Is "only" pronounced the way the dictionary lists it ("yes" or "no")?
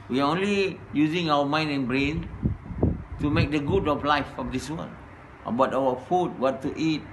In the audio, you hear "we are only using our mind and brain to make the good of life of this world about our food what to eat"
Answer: yes